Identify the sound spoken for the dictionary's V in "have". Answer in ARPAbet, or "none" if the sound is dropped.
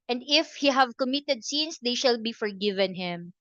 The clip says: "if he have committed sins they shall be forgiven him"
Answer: V